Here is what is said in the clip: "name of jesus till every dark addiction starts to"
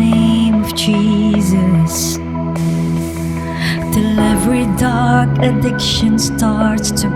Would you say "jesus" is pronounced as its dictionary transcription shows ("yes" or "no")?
yes